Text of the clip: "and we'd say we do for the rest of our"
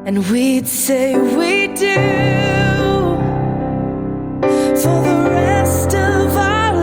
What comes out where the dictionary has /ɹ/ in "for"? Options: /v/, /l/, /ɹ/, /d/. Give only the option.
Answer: /l/